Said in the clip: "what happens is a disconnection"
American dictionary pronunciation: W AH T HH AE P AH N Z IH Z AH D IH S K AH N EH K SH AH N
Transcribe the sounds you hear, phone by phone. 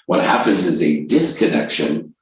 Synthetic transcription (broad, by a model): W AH T HH AE P AH N Z IH Z AH D IH S K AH N EH K SH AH N